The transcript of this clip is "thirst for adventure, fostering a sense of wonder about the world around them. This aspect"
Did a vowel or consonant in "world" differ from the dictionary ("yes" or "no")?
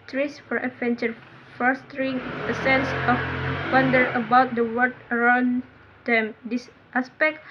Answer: yes